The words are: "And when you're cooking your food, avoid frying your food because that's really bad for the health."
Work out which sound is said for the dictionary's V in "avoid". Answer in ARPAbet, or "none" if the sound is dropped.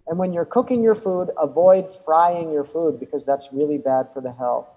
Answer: V